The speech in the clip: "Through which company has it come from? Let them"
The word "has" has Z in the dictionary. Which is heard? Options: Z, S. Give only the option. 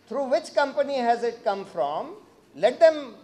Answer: Z